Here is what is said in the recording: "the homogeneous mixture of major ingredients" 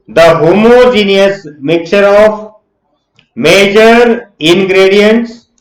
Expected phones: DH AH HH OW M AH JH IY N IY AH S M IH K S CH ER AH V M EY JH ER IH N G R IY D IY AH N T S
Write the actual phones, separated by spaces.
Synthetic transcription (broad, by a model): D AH HH OW M AH JH IY N IY AH S M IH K CH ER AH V M EY JH ER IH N G R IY D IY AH N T S